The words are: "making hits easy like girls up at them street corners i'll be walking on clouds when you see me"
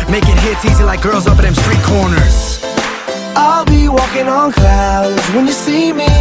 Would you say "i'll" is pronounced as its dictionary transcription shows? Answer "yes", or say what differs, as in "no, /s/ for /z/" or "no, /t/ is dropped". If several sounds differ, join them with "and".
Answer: yes